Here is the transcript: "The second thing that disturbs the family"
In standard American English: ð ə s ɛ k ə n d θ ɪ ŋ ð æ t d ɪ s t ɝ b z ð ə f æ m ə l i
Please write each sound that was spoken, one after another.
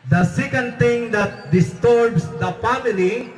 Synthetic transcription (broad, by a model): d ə s ɛ k ə n d t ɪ ŋ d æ t d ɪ s t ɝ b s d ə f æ m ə l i